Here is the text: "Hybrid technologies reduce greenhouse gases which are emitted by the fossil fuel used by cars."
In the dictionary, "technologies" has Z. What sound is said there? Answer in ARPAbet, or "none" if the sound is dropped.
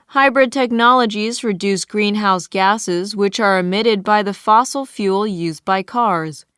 Z